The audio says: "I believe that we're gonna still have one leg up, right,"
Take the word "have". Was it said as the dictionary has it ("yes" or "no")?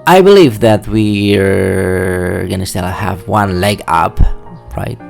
yes